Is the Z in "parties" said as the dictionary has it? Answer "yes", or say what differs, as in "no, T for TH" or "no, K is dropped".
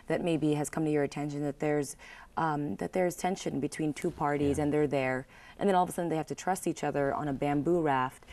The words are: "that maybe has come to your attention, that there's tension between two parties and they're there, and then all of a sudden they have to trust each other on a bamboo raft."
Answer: yes